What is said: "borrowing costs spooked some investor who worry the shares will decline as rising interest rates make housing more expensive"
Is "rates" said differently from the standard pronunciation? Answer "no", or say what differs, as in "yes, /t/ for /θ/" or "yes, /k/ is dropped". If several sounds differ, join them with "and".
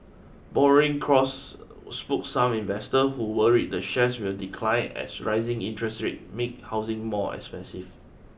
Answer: yes, /s/ is dropped